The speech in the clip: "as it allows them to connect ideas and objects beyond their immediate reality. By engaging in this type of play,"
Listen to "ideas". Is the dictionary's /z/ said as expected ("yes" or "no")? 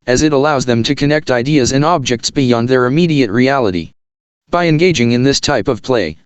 yes